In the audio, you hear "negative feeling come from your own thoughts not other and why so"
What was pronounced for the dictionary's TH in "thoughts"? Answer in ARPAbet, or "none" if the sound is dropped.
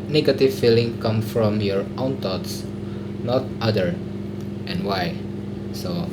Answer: T